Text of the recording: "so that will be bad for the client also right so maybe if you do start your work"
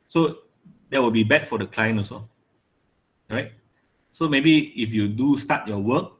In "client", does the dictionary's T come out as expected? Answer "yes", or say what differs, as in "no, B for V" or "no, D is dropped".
no, T is dropped